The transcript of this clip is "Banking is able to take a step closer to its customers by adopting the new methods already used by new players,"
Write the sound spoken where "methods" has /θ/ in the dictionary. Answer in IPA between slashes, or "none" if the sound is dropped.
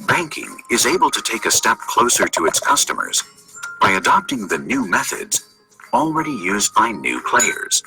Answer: /θ/